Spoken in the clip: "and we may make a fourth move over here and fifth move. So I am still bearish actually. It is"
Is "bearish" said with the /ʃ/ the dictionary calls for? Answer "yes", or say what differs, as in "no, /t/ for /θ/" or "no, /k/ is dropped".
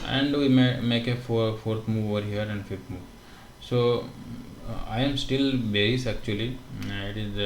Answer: no, /s/ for /ʃ/